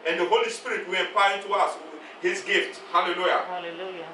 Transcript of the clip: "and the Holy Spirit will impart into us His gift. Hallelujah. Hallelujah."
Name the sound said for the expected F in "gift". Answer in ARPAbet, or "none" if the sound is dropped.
F